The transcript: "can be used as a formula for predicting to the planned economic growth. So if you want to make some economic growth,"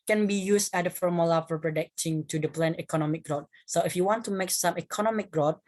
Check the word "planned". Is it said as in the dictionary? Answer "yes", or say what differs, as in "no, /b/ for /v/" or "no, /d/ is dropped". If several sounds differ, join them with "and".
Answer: no, /d/ is dropped